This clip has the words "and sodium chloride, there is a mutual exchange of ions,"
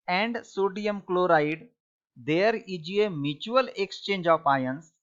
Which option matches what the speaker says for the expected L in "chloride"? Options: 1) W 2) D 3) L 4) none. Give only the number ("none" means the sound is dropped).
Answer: 3